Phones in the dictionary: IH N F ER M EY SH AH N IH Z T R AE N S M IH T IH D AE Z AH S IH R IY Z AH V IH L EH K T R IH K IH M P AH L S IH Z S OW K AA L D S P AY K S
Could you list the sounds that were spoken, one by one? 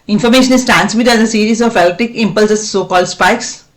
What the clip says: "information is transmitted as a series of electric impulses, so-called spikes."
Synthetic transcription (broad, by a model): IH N F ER M EY SH AH N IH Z T R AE N S M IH T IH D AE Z AH S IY R IY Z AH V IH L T IH K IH M P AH L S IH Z S OW K AA L D S P AY K S